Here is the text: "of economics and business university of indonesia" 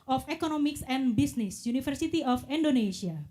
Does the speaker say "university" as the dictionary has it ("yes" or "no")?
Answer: no